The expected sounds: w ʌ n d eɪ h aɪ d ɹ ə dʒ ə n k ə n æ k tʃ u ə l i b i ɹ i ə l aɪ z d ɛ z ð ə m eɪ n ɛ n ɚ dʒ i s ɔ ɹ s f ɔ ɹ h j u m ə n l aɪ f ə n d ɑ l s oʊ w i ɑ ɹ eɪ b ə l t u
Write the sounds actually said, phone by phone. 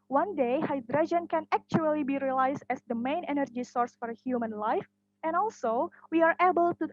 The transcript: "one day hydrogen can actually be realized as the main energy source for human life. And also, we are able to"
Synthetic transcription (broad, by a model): w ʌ n d eɪ h aɪ d ɹ ə dʒ ə n k ə n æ k tʃ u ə l i b i ɹ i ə l aɪ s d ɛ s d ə m eɪ n ɛ n ɚ dʒ i s ɔ ɹ s f ɔ ɹ h j u m ə n l aɪ f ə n ɑ l s oʊ w i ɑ ɹ eɪ b ə l t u